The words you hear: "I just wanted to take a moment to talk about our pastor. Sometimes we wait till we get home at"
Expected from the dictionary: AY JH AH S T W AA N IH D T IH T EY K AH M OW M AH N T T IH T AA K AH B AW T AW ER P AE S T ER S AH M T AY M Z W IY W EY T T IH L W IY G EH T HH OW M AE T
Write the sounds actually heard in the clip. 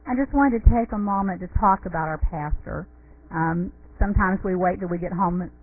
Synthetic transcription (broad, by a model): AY JH AH S T W AA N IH T IH T EY K AH M OW M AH N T T IH T AA K AH B AW T AW ER P AE S T ER S AH M T AY M Z W IY W EY T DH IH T W IY G EH T HH OW M